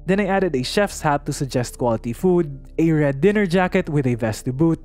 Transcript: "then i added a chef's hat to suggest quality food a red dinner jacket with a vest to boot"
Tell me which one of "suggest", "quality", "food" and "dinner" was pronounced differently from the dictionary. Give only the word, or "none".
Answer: none